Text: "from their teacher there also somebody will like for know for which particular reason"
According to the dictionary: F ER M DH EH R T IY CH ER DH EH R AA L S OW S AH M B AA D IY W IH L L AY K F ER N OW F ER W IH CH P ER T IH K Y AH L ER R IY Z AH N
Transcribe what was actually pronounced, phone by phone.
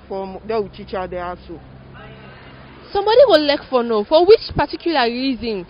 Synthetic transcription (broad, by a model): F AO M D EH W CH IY CH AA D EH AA S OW S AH M B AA D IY W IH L L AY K F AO N OW F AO W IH CH P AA T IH K Y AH L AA R IY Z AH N